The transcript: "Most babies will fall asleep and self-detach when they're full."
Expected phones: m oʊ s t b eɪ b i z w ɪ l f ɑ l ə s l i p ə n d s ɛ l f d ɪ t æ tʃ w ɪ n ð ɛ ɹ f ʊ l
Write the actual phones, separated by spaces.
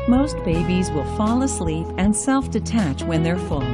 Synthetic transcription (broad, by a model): m oʊ s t b eɪ b i z w ɪ l f ɑ l ə s l i p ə n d s ɛ l f d ɪ t æ tʃ w ɪ n ð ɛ ɹ f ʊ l